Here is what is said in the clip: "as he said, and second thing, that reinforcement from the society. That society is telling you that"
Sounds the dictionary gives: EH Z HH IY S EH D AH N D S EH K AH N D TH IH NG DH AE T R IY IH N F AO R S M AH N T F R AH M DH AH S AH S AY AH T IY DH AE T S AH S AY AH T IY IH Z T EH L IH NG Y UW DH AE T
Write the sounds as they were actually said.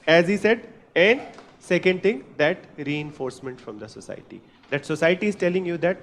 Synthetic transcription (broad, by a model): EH Z HH IY S EH D AH N D S EH K AH N D T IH NG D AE T R IY IH N F AO R S M AH N T F R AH M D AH S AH S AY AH T IY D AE T S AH S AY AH T IY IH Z T EH L IH NG Y UW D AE T